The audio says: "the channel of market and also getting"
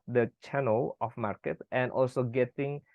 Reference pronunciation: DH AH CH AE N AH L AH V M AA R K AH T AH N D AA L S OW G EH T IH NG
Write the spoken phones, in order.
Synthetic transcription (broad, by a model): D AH CH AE N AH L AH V M AA R K AH T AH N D AA L S OW G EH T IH NG